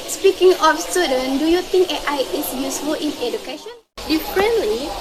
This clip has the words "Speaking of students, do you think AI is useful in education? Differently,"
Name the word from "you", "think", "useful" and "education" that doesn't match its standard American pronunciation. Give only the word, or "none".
think